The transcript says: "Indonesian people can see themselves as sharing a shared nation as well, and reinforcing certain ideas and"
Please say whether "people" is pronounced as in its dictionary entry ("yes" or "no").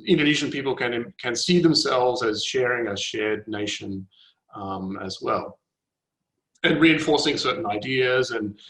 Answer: no